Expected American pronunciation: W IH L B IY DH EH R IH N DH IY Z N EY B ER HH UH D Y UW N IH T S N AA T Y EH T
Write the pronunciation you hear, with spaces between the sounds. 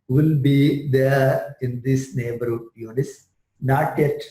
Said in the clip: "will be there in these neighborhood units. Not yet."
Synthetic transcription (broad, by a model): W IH L B IY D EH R IH N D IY S N EY B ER HH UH D Y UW N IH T S N AA T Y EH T